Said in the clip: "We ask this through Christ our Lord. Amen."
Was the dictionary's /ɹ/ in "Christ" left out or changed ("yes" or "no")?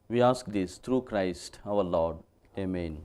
no